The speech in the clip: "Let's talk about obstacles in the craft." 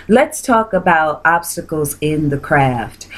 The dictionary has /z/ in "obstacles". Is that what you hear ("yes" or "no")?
yes